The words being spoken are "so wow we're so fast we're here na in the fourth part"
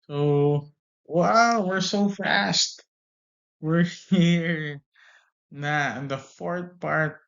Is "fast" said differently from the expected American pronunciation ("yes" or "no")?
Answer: no